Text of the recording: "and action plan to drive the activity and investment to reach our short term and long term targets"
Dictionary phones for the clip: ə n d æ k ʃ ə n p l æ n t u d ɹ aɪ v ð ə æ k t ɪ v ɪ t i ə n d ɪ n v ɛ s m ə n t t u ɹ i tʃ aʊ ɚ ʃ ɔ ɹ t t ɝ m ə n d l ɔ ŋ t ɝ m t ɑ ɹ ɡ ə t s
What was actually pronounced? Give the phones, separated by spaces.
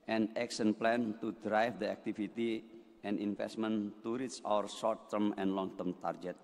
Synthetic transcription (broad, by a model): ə n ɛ k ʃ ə n p l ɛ n t u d ɹ aɪ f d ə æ k t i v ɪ t i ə n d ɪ n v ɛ s m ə n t t u ɹ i s aʊ ɚ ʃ ɔ ɹ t t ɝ m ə n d l ɔ ŋ t ɝ m t ɑ ɹ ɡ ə t